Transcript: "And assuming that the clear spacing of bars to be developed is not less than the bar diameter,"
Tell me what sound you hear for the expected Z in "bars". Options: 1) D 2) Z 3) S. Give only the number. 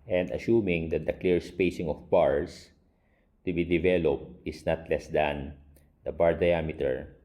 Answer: 3